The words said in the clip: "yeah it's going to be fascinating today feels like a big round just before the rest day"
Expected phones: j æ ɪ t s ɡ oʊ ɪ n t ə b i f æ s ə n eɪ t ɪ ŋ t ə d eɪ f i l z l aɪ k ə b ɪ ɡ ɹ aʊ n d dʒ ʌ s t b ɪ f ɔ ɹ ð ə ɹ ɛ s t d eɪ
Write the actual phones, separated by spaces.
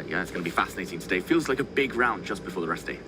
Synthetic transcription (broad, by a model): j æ ɪ t s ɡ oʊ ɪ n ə b i f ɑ s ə n eɪ t ɪ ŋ t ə d eɪ f i l z l aɪ k ə b ɪ ɡ ɹ aʊ n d dʒ ʌ s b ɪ f ɔ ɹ ð ə ɹ ɛ s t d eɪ